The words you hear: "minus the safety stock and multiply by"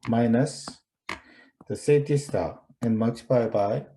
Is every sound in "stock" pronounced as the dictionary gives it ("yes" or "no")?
no